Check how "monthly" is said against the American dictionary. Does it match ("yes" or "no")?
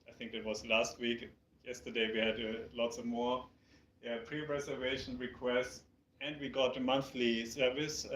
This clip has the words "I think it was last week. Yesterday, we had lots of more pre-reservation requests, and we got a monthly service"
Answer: yes